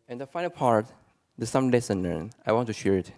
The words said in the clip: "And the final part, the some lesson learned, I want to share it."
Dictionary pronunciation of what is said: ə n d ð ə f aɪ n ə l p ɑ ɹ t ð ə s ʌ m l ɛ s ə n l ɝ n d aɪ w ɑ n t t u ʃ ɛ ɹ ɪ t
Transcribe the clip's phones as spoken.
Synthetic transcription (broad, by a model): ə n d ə f aɪ n ə l p ɑ ɹ t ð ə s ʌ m l ɛ s ə n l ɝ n aɪ w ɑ n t t u ʃ ɛ ɹ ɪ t